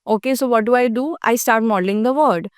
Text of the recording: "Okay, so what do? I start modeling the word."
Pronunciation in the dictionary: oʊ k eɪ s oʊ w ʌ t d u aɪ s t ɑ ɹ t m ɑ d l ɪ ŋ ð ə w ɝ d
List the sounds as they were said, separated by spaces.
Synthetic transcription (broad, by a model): oʊ k eɪ s oʊ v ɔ t d u aɪ s t ɑ ɹ t m ɑ d l ɪ ŋ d ə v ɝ d